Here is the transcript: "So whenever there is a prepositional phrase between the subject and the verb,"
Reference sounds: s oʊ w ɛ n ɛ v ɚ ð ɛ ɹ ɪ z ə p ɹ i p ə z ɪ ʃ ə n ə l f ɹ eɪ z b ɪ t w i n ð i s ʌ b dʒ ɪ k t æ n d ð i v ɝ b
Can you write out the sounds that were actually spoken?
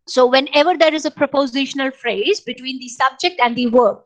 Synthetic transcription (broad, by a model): s oʊ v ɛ n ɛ v ɚ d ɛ ɹ ɪ z ə p ɹ i p ə z ɪ ʃ ə n ə l f ɹ eɪ z b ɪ t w i n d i s ʌ b dʒ ɪ k t æ n d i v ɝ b